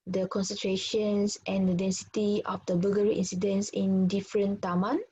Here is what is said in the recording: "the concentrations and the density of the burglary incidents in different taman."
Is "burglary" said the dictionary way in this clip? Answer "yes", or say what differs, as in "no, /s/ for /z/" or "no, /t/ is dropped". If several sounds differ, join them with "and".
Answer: no, /l/ is dropped